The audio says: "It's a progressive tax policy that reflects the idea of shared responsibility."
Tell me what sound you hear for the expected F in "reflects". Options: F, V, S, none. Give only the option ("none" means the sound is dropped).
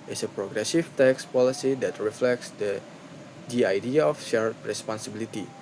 F